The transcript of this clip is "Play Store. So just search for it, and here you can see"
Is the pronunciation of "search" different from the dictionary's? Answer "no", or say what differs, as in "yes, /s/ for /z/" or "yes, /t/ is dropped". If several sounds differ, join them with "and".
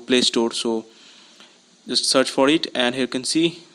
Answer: no